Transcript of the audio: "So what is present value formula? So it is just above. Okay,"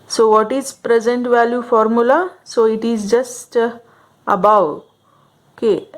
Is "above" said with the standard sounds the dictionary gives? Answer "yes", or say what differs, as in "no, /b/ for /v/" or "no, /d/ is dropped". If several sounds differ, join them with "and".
no, /w/ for /v/